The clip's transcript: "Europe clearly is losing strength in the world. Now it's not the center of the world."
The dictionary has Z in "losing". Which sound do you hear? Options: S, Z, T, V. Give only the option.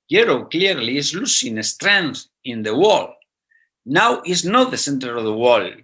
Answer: S